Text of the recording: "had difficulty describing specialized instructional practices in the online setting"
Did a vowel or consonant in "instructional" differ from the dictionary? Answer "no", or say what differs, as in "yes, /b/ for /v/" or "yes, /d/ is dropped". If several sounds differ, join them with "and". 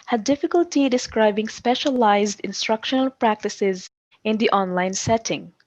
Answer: no